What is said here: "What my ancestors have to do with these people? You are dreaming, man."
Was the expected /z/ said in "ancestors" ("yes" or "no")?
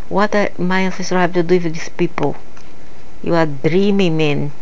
no